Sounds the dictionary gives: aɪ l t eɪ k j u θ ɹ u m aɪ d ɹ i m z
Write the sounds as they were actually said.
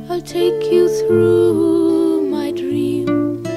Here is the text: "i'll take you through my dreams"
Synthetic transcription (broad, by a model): aɪ t eɪ k j u θ ɹ u m aɪ d ɹ i m